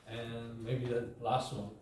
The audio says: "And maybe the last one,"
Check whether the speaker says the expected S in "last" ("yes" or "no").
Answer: yes